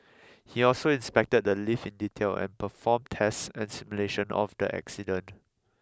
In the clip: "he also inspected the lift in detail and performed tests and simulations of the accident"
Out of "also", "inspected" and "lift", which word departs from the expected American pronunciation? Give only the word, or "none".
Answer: lift